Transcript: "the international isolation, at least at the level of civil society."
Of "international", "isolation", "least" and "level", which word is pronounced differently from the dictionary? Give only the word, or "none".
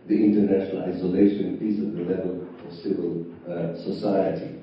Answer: least